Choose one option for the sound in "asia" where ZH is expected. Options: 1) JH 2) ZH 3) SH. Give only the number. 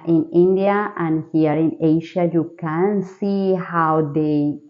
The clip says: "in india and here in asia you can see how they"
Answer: 3